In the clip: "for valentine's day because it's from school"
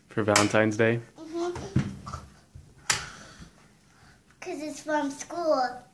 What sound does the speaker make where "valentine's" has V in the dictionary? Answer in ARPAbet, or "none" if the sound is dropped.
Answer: V